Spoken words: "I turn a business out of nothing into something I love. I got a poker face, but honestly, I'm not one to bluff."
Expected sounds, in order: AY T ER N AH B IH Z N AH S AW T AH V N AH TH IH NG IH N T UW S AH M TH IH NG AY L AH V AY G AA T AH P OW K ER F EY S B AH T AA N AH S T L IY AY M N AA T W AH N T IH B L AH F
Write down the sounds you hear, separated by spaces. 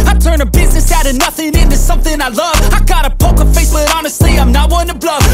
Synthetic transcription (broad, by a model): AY T ER N AH B IH Z N AH S AW T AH N AH TH IH NG IH N T UW S AH M TH IH NG AY L AH V AY G AA T AH P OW K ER F EY S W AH T AA N AH S T L IY AY M N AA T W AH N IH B L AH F